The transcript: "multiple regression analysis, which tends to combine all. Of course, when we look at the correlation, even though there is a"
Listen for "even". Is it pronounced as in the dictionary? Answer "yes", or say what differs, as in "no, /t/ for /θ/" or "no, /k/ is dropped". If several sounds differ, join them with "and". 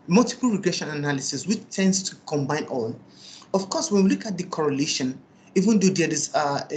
yes